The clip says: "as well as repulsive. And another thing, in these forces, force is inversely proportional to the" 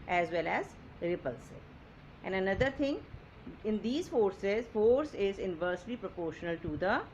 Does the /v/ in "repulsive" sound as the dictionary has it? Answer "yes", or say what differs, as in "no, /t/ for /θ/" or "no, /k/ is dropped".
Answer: no, /v/ is dropped